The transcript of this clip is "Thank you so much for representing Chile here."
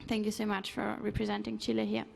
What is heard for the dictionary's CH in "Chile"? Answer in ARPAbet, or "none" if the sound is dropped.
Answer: CH